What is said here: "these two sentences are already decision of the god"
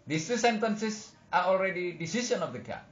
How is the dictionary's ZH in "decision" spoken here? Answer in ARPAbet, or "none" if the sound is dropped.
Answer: S